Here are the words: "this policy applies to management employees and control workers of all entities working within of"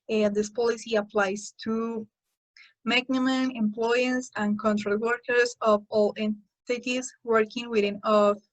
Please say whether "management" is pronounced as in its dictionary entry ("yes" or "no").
no